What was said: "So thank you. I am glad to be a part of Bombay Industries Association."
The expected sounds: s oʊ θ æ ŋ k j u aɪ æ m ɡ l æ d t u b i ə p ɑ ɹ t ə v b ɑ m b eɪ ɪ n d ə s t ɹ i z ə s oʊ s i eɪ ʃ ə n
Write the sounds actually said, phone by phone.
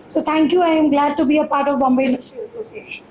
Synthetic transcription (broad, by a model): s oʊ t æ ŋ k j u aɪ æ m ɡ l æ d t u b i ə p ɑ ɹ t ə v b ɑ m b eɪ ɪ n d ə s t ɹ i ə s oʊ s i eɪ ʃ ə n